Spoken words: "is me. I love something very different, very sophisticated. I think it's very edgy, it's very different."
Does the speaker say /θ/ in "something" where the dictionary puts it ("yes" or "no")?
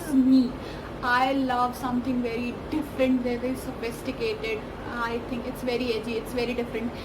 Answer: no